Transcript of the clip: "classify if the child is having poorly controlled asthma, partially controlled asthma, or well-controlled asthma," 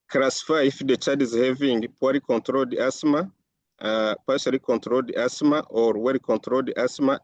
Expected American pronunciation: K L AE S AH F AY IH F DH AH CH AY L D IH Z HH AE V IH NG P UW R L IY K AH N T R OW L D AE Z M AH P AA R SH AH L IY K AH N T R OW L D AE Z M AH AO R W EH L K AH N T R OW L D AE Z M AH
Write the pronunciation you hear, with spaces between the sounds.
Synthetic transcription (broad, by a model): K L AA S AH F AY IH F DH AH CH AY D IH Z HH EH V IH NG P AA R IY K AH N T R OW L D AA S M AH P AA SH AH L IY K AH N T R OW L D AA S M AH AO R W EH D K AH N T R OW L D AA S M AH